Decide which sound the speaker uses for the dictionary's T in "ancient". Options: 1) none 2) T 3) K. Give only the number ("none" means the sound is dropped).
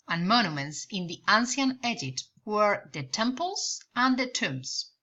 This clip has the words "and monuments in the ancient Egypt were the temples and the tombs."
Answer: 1